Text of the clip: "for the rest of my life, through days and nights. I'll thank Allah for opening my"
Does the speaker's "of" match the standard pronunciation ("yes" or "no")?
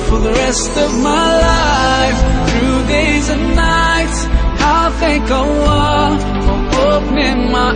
yes